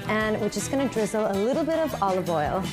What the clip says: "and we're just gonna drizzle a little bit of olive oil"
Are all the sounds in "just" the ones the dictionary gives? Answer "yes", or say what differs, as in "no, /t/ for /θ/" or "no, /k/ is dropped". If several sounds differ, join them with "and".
no, /tʃ/ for /dʒ/